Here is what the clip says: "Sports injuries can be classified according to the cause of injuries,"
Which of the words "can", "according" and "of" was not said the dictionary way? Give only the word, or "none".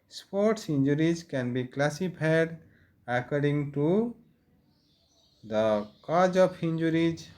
of